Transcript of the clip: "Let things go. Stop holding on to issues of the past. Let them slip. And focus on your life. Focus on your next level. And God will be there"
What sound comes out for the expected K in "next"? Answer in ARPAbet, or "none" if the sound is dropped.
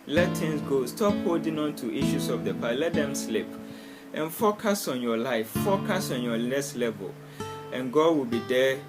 none